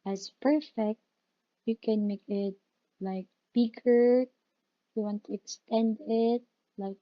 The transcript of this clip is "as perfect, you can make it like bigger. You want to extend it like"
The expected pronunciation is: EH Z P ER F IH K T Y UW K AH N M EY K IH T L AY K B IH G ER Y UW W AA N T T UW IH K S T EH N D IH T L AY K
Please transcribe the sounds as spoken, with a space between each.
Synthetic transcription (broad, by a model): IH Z P ER F IH K T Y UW K AH N M EY K IH T L AY K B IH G ER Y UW W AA N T T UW IH K S T EH N D IH T L AY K